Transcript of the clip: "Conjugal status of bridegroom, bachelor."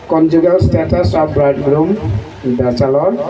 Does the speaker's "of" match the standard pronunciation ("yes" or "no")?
no